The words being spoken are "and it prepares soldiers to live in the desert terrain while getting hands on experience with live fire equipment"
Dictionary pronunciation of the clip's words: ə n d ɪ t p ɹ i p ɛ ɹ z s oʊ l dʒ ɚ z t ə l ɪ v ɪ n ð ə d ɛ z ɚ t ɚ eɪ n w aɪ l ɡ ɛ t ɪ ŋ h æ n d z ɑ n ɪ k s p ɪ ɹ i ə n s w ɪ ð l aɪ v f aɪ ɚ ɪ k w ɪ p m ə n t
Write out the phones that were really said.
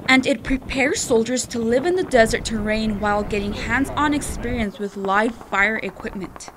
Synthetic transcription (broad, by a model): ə n d ɪ t p ɹ i p ɛ ɹ z s oʊ l dʒ ɚ z t ə l ɪ v ɪ n ð ə d ɛ z ɚ t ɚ eɪ n w aɪ l ɡ ɛ t ɪ ŋ h æ n d z n ɪ k s p ɪ ɹ i ə n s w ɪ ð l aɪ v f aɪ ɚ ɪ k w ɪ p m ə n t